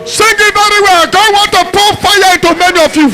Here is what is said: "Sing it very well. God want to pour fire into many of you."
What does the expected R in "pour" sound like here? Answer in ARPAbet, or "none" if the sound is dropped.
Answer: L